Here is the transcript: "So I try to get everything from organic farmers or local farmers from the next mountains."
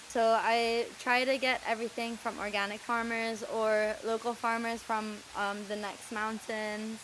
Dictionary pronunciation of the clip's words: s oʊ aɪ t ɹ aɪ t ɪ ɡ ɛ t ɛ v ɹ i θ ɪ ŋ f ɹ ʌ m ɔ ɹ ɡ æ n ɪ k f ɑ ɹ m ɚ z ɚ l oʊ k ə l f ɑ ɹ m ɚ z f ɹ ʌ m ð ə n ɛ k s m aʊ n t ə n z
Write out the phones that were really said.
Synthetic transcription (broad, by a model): s oʊ aɪ t ɹ aɪ t ɪ ɡ ɛ t ɛ v ɹ i θ ɪ ŋ f ɹ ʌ m ɔ ɹ ɡ æ n ɪ k f ɑ ɹ m ɚ z ɚ l oʊ k l f ɑ ɹ m ɚ z f ɹ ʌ m ð ə n ɛ k s m aʊ n t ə n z